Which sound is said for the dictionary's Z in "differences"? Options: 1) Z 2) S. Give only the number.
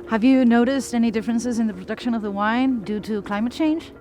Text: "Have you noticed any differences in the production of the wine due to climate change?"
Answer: 1